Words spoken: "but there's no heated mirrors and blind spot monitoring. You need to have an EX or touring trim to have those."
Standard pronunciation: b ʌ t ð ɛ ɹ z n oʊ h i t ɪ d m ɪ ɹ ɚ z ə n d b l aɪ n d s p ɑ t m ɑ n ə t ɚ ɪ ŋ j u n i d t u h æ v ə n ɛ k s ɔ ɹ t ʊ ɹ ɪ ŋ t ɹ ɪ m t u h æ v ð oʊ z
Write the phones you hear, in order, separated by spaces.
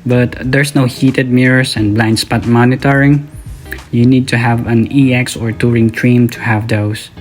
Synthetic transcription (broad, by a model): b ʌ t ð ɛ ɹ s n oʊ h i t ɪ d m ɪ ɹ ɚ s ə n b l aɪ n d s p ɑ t m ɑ n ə t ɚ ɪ ŋ j u n i d t u h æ v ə n ɛ k s ɔ ɹ t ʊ ɹ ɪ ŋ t ɹ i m t u h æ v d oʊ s